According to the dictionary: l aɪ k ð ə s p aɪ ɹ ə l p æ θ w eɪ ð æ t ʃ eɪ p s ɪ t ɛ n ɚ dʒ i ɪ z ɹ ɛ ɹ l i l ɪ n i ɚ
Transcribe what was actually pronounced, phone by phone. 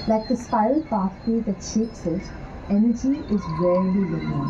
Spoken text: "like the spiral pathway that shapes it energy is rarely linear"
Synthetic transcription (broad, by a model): l aɪ k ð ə s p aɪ ə l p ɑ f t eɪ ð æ t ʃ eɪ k s ɪ t ɛ n ɚ dʒ i ɪ z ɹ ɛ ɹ l i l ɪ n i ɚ